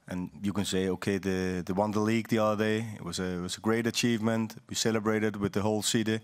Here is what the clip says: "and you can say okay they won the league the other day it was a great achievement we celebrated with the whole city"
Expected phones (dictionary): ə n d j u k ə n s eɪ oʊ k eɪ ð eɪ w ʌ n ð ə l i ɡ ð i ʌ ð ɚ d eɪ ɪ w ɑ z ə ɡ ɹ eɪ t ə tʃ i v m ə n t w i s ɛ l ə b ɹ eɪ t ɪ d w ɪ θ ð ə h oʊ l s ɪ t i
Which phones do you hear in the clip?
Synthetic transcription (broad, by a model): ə n j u k ə n s eɪ oʊ k eɪ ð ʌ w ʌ n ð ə l i ɡ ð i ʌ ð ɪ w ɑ ɪ w ɑ z ə ɡ ɹ eɪ t ə tʃ i v m ə n t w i s ɛ l ə b ɹ eɪ t ɪ d w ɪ ð ə h oʊ l s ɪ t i